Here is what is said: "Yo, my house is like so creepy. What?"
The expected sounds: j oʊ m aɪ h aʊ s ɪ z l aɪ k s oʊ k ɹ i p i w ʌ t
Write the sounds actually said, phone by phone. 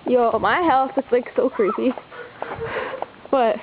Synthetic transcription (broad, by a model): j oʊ m aɪ h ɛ θ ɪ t l aɪ k s oʊ k ɹ i p i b ʌ t